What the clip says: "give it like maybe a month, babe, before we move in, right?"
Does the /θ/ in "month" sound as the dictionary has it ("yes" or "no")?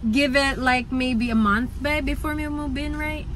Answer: yes